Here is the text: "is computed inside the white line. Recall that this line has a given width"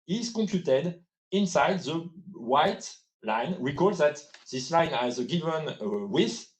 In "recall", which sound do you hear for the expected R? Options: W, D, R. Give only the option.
W